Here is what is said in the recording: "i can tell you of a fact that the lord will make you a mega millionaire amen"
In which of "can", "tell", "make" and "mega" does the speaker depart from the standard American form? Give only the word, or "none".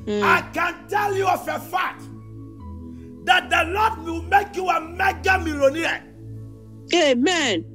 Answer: none